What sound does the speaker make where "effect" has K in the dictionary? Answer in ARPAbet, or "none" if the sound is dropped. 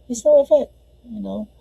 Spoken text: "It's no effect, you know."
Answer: none